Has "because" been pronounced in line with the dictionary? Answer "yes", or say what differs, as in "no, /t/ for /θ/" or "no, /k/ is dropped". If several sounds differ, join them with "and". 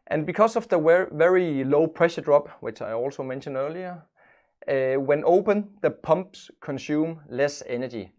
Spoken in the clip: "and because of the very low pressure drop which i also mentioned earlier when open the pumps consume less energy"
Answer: no, /s/ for /z/